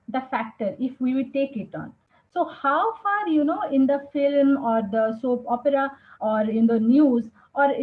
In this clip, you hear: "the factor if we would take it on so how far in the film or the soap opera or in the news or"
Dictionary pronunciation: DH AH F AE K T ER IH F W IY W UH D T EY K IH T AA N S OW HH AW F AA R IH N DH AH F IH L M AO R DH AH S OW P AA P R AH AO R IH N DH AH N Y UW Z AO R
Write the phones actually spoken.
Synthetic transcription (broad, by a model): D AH F AE K T ER IH F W IY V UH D T EY K IH T AA N S OW HH AW F AA R IH N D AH F IH L M AO R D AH S OW P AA P R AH AO R IH N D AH N Y UW Z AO R